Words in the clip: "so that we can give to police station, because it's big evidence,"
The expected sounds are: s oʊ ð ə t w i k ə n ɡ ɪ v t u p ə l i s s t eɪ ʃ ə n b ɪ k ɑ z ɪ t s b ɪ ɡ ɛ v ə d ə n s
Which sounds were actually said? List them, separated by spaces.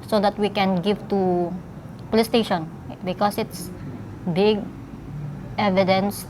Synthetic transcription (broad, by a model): s oʊ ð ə t w i k ə n ɡ ɪ v t u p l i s s t eɪ ʃ ə n b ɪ k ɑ s ɪ t s b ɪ ɡ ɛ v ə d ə n s